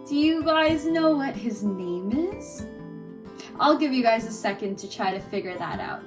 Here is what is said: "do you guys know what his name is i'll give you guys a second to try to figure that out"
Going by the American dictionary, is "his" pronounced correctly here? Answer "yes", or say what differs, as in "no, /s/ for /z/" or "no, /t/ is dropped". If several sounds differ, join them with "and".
yes